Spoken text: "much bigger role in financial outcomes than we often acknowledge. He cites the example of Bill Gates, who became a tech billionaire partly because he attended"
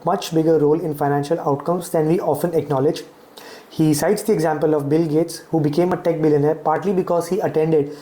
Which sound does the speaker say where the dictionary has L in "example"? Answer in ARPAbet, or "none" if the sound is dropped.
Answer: L